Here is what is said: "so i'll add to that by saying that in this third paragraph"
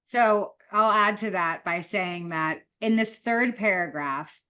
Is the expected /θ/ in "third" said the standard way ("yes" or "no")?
yes